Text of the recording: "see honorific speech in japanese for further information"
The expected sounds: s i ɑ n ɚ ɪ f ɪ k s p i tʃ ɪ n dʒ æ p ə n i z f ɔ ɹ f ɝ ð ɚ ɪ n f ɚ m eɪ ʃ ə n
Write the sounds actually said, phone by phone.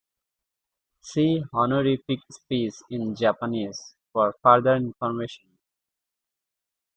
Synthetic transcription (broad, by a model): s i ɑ n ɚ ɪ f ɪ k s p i s ɪ n dʒ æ p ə n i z f ɔ ɹ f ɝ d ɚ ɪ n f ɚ m eɪ ʃ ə n